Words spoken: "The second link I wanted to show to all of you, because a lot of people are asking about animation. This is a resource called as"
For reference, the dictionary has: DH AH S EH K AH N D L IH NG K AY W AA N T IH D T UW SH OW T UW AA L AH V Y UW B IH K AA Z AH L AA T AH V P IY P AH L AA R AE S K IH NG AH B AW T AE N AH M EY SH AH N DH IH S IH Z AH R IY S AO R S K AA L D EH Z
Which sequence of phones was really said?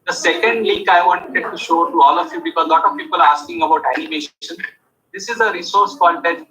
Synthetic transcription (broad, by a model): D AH S EH K AH N D L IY K AY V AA N T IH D T UW SH OW T UW AA L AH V Y UW B IH K AA Z L AA T AH V P IY P AH L AA R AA S K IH NG AH B AW T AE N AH M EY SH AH N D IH S IH Z AH R IY S AO R S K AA N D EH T